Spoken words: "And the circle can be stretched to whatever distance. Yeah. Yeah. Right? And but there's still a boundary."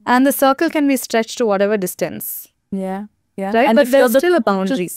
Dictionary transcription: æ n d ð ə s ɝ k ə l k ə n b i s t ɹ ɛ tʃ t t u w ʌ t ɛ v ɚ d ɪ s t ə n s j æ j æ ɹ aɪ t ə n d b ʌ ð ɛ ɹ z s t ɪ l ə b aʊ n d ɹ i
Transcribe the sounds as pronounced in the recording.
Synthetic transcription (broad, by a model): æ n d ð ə s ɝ k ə l k ə n b i s t ɹ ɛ tʃ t t u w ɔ t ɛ v ɚ d ɪ s t ə n s j æ j æ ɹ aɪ ə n b ʌ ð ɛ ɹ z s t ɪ l ə b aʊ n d ɹ i